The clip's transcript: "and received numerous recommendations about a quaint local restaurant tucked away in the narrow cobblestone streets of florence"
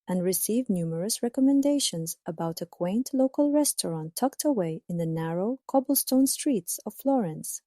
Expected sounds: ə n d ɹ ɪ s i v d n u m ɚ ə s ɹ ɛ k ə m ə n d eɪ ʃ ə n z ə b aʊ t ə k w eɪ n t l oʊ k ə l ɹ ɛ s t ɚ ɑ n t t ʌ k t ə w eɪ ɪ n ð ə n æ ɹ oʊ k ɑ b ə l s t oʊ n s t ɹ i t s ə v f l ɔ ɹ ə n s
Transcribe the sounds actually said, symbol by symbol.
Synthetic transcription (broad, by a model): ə n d ɹ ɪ s i v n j u m ɚ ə s ɹ ɛ k ə m ə n d eɪ ʃ ə n z ə b aʊ t ə k w eɪ n t l oʊ k ə l ɹ ɛ s t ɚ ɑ n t t ʌ k t ə w eɪ ɪ n ð ə n æ ɹ oʊ k ɑ b ə l s t oʊ n s t ɹ i t s ə v f l ɔ ɹ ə n s